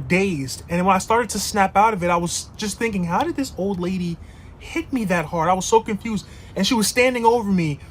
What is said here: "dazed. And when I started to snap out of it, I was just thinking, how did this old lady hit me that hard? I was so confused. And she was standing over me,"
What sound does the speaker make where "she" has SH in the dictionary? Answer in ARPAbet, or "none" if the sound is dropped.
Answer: SH